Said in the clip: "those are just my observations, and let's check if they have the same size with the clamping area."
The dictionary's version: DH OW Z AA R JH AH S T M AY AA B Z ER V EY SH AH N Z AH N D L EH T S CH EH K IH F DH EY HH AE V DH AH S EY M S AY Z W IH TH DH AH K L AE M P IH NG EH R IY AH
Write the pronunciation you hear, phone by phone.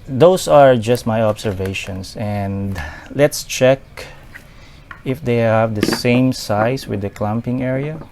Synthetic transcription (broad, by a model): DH OW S AA R JH AH S T M AY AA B S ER V EY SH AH N S AH N D L EH T S CH EH K IH F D EY HH AE V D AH S EY M S AY S W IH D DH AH K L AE M P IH NG EH R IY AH